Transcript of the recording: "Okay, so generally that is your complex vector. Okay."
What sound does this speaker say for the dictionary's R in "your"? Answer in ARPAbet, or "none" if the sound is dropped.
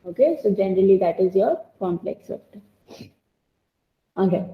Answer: R